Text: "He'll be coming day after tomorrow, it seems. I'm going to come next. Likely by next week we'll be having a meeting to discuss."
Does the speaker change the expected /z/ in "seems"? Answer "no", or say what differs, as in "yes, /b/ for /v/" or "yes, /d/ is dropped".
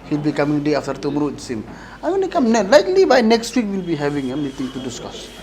yes, /z/ is dropped